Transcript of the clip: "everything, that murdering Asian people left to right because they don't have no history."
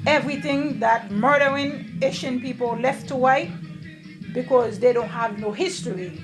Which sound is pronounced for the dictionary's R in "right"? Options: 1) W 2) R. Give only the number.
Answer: 1